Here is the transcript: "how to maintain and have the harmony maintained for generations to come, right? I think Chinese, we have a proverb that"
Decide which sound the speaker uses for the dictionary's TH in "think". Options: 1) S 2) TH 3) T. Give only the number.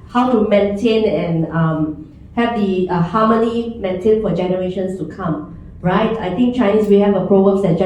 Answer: 3